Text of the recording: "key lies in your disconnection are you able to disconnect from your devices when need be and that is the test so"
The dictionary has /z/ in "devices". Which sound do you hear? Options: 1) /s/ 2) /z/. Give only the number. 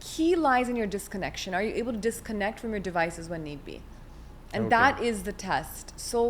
2